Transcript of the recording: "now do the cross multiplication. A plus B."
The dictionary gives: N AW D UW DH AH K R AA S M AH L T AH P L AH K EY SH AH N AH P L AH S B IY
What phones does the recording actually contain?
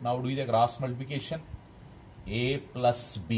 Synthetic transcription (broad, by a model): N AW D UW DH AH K R AA S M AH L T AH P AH K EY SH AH N AH P L AH S B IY